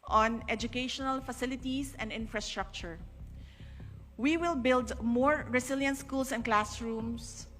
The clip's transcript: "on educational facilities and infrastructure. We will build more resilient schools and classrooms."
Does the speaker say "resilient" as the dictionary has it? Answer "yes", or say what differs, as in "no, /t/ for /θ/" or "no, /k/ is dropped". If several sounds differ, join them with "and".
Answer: no, /s/ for /z/